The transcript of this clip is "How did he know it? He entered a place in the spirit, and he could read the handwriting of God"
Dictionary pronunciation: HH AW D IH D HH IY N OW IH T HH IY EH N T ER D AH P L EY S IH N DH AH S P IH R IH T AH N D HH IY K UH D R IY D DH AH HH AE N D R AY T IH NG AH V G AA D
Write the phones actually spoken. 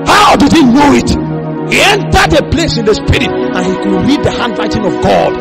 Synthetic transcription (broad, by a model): HH AW D IH D HH IY N OW IH T HH IY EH N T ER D AH P L EY S IH N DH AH S P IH R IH T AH N HH IY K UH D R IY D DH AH HH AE N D L AY T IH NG AH V G AA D